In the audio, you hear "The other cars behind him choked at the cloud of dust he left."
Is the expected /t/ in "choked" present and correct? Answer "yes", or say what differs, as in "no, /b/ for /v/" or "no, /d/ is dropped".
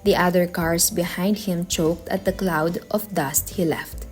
yes